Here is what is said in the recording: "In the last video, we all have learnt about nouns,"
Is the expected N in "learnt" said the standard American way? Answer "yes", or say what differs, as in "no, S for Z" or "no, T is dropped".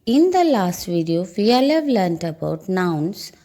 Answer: yes